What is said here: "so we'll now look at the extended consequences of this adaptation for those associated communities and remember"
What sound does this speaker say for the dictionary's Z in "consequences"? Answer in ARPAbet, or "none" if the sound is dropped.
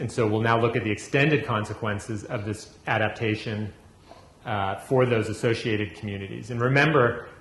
Z